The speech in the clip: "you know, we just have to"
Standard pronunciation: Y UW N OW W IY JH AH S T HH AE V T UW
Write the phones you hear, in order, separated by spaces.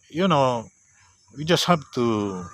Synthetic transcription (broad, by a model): Y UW N OW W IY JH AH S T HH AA B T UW